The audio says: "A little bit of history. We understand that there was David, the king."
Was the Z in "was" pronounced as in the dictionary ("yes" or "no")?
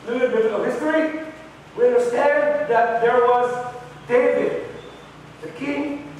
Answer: yes